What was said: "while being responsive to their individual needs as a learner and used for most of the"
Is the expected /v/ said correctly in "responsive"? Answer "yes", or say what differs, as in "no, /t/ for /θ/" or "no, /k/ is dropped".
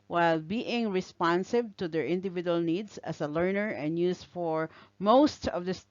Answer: no, /b/ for /v/